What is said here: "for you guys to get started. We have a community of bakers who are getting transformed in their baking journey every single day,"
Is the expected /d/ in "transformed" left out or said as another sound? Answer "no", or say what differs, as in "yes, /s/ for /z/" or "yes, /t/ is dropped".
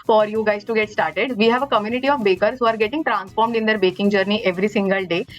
no